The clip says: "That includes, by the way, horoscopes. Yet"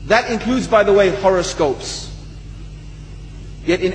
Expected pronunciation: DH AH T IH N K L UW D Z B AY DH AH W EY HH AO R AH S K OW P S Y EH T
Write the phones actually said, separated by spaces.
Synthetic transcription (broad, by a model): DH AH T IH N K L UW D Z B AY DH AH W EY HH AO R AH S K OW P S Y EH T